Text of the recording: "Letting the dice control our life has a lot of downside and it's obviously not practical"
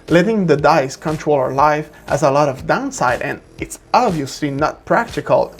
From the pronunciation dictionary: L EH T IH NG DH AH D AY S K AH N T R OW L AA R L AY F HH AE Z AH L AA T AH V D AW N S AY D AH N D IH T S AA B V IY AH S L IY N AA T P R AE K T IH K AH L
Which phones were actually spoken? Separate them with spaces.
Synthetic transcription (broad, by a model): L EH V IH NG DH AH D AY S K AH N T R OW L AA R L AY F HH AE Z AH L AA T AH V D AW N S AY D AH N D IH T S AA B V IY AH S L IY N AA T P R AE K T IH K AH L